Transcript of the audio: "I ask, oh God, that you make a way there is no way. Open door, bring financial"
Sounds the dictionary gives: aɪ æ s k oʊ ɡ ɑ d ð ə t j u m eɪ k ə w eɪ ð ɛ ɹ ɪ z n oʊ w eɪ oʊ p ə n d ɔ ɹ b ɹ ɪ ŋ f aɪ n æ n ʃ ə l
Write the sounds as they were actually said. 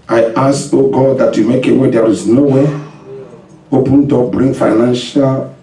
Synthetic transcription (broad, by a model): aɪ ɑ s oʊ ɡ ɑ d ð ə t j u m eɪ k ə w eɪ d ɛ ɹ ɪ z n oʊ w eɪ oʊ p ə n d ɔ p b ɹ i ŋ f aɪ n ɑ n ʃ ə l